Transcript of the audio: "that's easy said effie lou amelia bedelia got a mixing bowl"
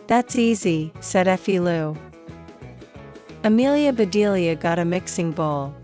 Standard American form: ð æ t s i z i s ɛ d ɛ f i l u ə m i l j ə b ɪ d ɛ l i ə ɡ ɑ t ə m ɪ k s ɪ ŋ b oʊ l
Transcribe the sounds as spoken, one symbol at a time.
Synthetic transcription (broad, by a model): ð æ t s i z i s ɛ d ɛ f i l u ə m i l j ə b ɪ d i l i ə ɡ ɑ t ə m ɪ k s ɪ ŋ b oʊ l